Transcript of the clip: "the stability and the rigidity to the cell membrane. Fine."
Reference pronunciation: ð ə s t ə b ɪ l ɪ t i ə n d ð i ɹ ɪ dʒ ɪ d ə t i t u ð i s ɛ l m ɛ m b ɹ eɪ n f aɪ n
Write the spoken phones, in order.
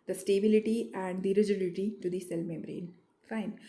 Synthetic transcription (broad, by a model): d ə s t ə b ɪ l ɪ t i ə n d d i ɹ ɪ dʒ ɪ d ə t i t u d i s ɛ l m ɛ m ɹ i n f aɪ n